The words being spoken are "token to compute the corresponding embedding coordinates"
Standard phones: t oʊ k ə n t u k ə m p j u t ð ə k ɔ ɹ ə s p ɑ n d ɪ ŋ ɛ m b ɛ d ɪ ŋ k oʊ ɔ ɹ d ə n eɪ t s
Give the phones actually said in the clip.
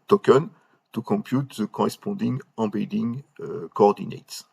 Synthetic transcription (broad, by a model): t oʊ k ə n t u k ə m p j u t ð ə k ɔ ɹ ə s p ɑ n d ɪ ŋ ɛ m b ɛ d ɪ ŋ k oʊ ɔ ɹ d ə n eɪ t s